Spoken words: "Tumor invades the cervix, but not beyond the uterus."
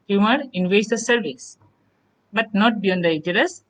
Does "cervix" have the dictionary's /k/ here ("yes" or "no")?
no